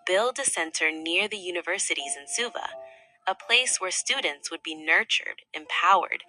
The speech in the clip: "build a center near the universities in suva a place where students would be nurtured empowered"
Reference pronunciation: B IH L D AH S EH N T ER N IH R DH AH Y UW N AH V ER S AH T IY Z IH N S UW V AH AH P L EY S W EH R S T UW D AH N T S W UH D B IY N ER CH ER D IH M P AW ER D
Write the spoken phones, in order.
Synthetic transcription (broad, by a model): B IH L D AH S EH N T ER N IH R DH AH Y UW N AH V ER S AH T IY Z IH N S UW V AH AH P L EY S W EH R S T UW D N T S W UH D B IY N ER CH ER D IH M P AW ER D